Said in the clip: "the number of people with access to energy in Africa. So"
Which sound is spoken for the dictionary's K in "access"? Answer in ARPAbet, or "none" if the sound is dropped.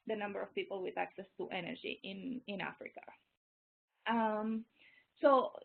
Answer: K